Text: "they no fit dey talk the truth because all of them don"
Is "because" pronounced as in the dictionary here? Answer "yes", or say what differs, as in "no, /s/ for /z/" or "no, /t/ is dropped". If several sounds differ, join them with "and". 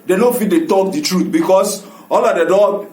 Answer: no, /s/ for /z/